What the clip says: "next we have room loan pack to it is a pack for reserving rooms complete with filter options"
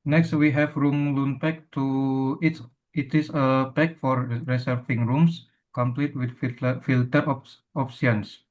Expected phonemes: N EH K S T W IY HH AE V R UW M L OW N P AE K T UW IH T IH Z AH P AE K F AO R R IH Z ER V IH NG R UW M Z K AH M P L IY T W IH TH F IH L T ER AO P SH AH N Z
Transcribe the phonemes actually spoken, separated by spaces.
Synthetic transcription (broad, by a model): N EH K S T W IY HH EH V R UW M L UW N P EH K T UW IH T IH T AH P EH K F AO R R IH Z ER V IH NG R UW M S K AH M P L IY T W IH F F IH L T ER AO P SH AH N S